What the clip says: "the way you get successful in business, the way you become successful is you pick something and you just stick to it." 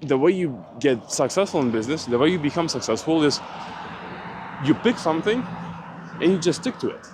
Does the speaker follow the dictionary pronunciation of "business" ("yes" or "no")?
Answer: yes